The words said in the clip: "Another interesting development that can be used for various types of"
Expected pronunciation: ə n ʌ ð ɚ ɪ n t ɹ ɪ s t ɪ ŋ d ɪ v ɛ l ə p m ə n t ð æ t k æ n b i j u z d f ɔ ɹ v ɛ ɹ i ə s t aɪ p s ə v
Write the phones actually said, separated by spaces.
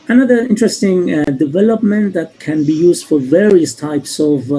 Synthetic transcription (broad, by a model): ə n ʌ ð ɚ ɪ n t ɹ ɪ s t ɪ ŋ d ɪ v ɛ l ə p m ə n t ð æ t k æ n b i j u z d f ɔ ɹ v ɛ ɹ i ə s t aɪ p s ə v